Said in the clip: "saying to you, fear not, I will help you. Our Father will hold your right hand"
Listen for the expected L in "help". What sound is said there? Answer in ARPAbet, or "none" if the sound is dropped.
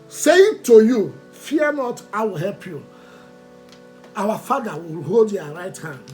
L